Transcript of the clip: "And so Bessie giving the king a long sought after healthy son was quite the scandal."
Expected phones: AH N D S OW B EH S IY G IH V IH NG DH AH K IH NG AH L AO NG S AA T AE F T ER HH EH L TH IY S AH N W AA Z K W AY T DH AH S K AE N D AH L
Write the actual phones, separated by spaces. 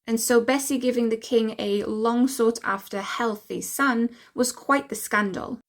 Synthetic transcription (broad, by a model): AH N S OW B EH S IY G IH V IH NG DH AH K IH NG AH L AO NG S AA T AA F T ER HH EH L TH IY S AH N W AA Z K W AY T DH AH S K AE N D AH L